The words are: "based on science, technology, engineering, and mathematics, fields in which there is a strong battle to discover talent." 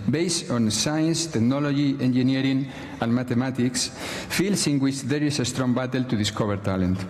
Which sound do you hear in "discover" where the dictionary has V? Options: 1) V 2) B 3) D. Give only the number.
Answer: 2